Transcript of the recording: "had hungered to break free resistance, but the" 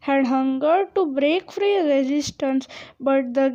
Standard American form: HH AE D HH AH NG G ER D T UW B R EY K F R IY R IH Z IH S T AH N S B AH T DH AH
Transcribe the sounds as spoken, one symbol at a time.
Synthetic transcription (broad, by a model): HH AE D HH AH NG G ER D T UW B R EY K F R IY R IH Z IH S T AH N S B AH T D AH